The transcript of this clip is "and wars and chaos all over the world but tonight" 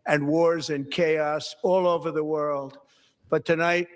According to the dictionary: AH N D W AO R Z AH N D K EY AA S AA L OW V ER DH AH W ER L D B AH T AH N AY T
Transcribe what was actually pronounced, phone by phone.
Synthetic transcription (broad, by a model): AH N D W AO R Z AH N K EY AA S AA L OW V ER DH AH W ER L D B AH T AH N AY T